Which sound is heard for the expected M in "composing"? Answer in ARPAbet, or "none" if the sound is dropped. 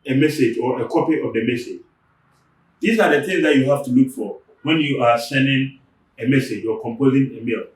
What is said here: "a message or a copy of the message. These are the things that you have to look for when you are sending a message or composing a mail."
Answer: M